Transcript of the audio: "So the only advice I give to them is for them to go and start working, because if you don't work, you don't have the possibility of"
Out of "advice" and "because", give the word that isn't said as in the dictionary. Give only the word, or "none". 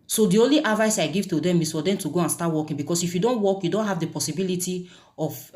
because